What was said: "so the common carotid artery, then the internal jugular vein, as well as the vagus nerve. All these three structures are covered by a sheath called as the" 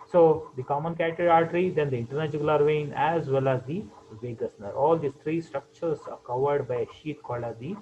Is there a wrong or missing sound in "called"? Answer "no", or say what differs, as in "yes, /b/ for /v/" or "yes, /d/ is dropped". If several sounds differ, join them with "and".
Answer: yes, /d/ is dropped